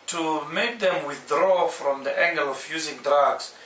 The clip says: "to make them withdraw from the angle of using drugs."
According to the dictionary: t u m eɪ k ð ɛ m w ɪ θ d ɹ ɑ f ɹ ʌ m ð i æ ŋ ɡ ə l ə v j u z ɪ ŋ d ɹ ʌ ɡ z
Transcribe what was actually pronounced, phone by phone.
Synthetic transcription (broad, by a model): t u m eɪ k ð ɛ m w ɪ θ d ɹ ɑ f ɹ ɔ m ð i æ ŋ ɡ ə l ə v j u z ɪ ŋ d ɹ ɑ ɡ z